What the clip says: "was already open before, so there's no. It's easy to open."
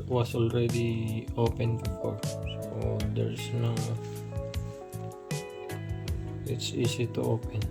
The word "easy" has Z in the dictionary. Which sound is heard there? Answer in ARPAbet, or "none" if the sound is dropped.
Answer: S